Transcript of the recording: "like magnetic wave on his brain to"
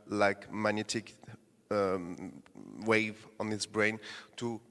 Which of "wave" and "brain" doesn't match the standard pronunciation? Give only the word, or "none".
none